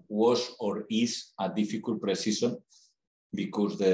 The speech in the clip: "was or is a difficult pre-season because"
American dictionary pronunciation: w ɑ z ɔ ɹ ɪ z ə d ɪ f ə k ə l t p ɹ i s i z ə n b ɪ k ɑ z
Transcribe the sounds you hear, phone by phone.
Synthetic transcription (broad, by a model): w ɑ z ɔ ɹ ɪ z ə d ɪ f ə k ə l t p ɹ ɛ s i s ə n b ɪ k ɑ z